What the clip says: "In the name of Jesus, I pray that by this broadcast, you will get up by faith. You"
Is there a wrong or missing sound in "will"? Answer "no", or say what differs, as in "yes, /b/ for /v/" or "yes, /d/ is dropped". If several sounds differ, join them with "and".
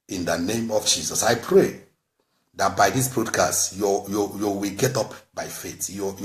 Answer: yes, /w/ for /l/